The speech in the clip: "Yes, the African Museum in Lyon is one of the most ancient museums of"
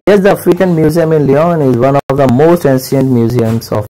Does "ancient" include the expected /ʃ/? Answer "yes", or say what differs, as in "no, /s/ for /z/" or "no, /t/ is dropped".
no, /s/ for /ʃ/